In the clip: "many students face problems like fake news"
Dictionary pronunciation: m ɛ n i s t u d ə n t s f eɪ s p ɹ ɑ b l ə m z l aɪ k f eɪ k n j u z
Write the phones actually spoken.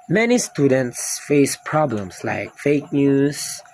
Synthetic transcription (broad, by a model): m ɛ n i s t u d ə n t s f eɪ s p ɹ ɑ b l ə m s l aɪ k f eɪ k n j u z